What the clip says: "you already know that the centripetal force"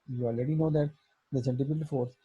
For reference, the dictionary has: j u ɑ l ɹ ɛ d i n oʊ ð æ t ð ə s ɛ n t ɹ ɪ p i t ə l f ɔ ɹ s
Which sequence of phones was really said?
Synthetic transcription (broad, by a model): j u ɑ l ɹ ɛ d i n oʊ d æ t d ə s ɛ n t ɪ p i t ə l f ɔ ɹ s